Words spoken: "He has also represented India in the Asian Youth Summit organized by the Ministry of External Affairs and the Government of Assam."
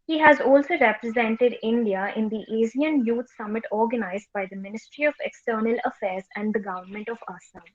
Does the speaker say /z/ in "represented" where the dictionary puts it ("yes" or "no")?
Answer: yes